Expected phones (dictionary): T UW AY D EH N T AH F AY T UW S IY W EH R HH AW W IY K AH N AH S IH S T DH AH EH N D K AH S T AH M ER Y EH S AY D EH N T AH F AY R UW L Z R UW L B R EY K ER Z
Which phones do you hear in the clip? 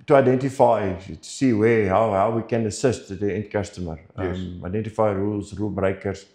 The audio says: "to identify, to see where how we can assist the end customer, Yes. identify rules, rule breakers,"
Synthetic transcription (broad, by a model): T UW AY D EH N T AH F AY T UW S IY W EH W HH AW W IY K AH N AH S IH S T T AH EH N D K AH S T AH M ER AY D EH N T AH F AY R UW L S R UW L B R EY K ER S